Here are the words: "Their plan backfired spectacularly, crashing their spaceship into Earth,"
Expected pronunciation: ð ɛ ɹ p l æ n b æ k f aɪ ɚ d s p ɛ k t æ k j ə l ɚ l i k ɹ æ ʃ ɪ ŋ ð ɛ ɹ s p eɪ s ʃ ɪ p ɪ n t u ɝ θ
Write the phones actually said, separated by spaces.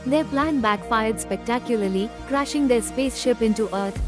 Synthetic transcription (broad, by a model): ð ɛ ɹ p l æ n b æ k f aɪ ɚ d s p ɛ k t æ k j ə l ɚ l i k ɹ æ ʃ ɪ ŋ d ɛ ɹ s p eɪ s ʃ ɪ p ɪ n t u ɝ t